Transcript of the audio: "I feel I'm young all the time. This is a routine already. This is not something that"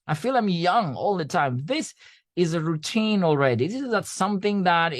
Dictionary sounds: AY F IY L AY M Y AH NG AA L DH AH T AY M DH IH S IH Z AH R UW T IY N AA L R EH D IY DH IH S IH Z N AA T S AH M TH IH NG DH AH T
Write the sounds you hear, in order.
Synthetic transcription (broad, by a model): AY F IY L AY M Y AH NG AA L DH AH T AY M DH IH S IH Z AH R UW T IY N AA L R EH D IY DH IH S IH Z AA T S AH M TH IH NG DH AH T